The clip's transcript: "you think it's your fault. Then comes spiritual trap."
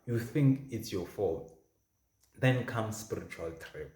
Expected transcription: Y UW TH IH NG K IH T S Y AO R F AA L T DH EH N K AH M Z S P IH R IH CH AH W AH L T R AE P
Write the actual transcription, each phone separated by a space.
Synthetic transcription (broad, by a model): Y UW TH IH NG K IH T S Y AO F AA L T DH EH N K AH M S P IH R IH CH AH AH L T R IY